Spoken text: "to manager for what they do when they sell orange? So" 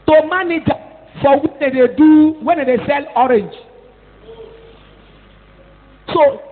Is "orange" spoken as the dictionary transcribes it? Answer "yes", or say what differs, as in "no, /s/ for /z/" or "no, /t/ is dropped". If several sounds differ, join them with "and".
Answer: yes